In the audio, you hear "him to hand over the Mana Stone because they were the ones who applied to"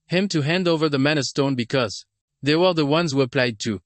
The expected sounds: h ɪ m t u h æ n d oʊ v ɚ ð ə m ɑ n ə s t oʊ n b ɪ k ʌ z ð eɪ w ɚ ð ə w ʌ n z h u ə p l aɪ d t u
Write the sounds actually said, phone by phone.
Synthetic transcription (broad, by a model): h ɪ m t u h æ n d oʊ v ɚ ð ə m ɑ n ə s t oʊ n b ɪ k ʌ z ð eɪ w ɚ ð ə w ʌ n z h u ə p l aɪ d t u